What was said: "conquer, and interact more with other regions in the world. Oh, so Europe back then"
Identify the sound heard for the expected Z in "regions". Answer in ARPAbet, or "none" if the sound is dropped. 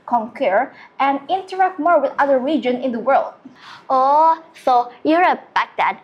none